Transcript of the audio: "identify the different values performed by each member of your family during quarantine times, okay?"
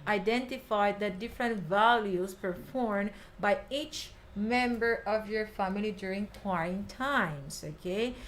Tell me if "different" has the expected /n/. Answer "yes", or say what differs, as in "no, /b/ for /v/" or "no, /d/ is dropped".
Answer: yes